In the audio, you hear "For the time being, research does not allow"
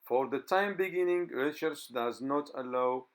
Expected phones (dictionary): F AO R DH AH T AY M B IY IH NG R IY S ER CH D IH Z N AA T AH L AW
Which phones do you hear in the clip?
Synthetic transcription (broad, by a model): F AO R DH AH T AY M B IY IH NG R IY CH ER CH D IH Z N AA T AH L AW